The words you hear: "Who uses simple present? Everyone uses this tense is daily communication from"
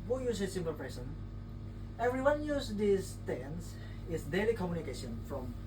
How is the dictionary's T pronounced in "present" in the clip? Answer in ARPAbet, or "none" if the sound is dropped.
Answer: none